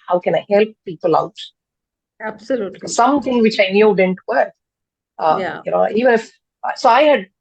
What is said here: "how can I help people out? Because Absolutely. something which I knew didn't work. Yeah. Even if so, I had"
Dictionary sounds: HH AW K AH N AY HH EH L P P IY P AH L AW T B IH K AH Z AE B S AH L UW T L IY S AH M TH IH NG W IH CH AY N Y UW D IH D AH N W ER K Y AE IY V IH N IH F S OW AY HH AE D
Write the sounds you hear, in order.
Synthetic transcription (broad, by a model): HH AW K AH N AY HH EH L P P IY P AH L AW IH AH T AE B S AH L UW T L S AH M T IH NG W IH CH AY N Y UW D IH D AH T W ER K Y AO IY V IH N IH F S OW AY HH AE D